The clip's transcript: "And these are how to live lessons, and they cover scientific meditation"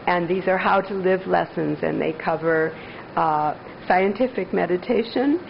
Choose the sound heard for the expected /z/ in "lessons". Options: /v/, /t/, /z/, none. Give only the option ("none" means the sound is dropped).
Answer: /z/